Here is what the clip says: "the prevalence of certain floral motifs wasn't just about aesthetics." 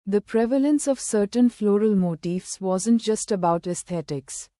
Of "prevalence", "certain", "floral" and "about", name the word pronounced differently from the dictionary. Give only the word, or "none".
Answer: none